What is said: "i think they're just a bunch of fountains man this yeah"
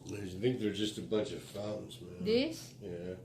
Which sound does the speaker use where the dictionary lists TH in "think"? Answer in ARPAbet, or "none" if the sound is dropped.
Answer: TH